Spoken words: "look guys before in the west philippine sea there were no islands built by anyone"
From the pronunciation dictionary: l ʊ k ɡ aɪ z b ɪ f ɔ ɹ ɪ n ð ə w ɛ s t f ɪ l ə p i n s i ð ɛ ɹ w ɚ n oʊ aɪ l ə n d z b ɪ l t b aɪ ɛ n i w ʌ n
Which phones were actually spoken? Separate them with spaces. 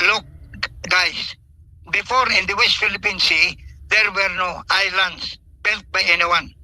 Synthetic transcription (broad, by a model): l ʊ k ɡ aɪ s b ɪ f ɔ ɹ ɪ n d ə w ɛ s t f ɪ l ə p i n s i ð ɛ ɹ w ɚ n oʊ aɪ l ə n d s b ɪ l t b aɪ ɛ n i w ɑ n